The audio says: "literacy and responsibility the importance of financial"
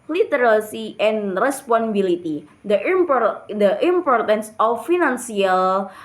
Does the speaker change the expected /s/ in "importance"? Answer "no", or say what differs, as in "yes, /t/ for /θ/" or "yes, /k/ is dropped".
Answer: no